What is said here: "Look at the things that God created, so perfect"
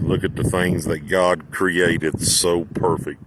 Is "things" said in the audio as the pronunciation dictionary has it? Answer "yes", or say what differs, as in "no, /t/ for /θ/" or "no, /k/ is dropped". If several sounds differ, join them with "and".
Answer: yes